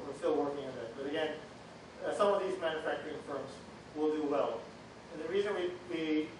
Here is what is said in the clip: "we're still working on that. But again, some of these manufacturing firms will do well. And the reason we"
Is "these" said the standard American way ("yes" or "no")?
yes